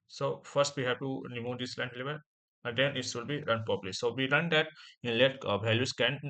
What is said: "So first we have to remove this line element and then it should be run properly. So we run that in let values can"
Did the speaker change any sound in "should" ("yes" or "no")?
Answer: yes